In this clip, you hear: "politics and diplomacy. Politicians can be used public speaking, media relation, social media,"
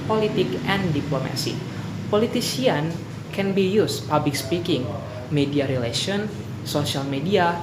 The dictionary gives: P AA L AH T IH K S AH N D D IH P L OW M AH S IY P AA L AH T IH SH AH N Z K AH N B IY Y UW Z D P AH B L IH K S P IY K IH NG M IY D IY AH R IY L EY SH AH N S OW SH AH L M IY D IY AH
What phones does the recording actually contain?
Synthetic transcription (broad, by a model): P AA L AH T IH K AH N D D IH P L OW M AH S IY P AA L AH T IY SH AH N K AH N B IY Y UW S P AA B L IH K S P IY K IH NG M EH D IY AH R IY L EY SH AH N S OW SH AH L M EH D IY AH